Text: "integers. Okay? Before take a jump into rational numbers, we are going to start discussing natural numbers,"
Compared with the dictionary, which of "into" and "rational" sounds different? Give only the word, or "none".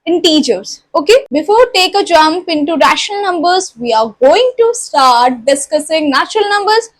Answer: none